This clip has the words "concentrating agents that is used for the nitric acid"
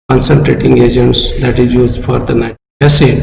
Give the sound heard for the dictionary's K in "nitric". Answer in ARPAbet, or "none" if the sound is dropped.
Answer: none